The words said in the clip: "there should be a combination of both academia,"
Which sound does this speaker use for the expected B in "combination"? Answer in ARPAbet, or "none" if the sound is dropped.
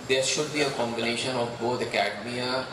B